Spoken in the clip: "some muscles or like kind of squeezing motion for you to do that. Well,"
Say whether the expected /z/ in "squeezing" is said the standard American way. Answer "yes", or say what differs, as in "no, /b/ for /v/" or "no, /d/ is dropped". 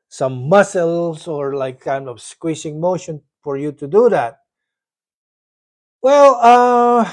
no, /s/ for /z/